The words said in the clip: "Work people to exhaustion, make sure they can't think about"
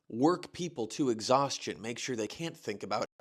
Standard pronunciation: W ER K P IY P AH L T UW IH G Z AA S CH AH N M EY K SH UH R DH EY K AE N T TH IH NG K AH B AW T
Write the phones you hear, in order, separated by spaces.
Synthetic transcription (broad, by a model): W ER K P IY P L T UW IH G Z AA S CH AH N M EY K SH UH R DH EY K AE N TH IH NG K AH B AW